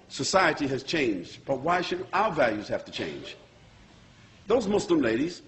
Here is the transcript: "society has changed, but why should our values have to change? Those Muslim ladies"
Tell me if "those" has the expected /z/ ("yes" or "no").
yes